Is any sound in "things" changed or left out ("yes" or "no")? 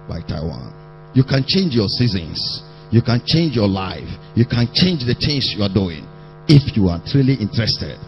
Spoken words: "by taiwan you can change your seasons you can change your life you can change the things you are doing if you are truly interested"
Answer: yes